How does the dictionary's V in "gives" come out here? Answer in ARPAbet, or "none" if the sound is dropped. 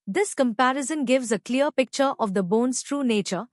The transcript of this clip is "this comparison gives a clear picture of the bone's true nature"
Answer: V